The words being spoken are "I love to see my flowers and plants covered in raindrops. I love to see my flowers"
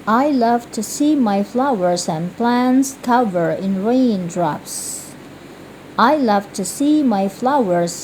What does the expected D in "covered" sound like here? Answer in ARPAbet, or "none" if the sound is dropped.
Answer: none